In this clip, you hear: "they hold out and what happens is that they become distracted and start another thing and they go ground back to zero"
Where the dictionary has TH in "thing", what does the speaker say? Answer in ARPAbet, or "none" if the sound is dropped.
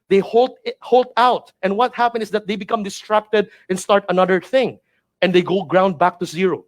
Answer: TH